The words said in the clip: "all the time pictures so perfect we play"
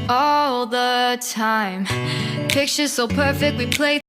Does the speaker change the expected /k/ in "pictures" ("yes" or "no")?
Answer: no